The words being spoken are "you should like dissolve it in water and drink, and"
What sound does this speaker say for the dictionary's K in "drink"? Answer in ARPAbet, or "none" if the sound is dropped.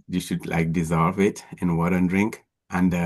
K